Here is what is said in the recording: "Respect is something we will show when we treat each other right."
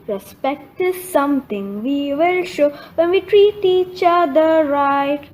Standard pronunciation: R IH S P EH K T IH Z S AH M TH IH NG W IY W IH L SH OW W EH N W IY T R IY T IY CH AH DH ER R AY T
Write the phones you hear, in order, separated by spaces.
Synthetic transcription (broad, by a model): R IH S P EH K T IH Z S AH M T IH NG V IY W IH L SH OW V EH N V IY T R IY T IY CH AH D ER R AY T